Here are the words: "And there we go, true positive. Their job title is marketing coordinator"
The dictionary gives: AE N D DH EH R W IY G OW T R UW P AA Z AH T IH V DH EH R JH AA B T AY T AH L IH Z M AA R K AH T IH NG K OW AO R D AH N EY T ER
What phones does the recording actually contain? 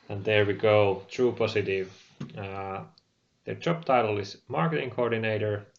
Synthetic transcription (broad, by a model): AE N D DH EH R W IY G OW T R UW P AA S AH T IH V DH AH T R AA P T AY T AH L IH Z M AA R K AH T IH NG K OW AO R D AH N EY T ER